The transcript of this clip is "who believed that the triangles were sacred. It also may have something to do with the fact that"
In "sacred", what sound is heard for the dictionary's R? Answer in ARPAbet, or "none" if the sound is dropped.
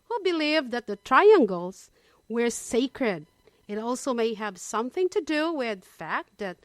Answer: R